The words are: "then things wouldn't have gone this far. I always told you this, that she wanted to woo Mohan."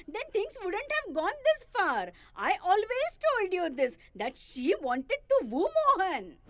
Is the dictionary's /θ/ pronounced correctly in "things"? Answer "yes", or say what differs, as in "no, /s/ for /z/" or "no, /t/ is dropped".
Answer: no, /t/ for /θ/